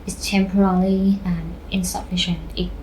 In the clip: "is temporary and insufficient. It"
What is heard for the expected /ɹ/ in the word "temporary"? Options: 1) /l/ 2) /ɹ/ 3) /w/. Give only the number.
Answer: 1